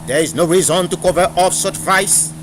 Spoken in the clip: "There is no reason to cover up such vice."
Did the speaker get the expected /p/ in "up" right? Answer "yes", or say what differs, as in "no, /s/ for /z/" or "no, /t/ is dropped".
no, /f/ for /p/